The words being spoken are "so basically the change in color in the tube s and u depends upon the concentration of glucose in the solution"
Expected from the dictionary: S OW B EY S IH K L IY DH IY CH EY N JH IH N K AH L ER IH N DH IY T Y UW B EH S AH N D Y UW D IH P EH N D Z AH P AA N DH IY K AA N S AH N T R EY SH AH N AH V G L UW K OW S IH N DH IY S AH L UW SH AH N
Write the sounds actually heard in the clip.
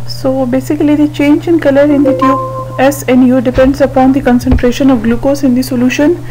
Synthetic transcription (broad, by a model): S OW B EY S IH K L IY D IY CH EY N JH IH N K AH L ER IH N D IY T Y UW EH S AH N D Y UW D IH P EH N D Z AH P AA N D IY K AA N S AH N T R EY SH AH N AH V G L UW K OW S IH N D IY S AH L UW SH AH N